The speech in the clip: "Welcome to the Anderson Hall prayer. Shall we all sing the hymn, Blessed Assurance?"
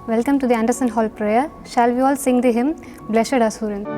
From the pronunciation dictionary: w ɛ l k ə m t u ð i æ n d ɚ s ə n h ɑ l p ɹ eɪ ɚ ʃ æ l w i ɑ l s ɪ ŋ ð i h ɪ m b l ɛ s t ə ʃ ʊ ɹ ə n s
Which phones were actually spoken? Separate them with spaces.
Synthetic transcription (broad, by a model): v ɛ l k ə m t u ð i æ n d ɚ s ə n h ɑ l p ɹ eɪ ɚ ʃ æ l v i ɑ l s ɪ ŋ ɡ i h ɪ m b l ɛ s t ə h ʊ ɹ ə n